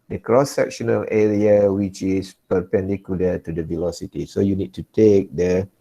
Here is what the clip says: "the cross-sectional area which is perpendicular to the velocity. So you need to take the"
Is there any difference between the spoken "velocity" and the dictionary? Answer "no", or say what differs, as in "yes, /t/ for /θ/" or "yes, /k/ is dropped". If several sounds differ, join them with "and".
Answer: no